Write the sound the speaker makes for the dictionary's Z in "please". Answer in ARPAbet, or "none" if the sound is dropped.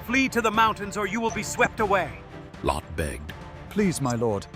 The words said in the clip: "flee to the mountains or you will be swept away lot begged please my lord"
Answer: Z